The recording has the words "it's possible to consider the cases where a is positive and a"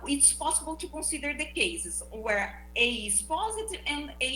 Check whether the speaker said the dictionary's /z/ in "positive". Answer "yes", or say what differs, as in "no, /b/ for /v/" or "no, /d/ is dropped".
yes